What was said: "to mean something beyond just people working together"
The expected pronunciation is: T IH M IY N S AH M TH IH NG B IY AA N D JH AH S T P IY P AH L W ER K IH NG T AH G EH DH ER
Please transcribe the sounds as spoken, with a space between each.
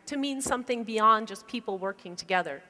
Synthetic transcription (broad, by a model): T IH M IY N S AH M TH IH NG B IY AA N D JH AH S P IY P L W ER K IH NG T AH G EH DH ER